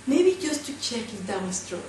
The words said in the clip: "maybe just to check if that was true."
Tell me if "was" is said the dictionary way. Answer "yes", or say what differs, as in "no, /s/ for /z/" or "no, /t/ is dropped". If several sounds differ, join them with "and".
no, /s/ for /z/